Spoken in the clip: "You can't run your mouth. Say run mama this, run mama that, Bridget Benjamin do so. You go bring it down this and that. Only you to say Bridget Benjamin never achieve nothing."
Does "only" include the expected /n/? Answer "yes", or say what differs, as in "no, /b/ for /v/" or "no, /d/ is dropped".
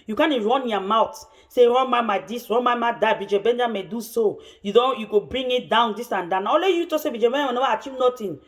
no, /n/ is dropped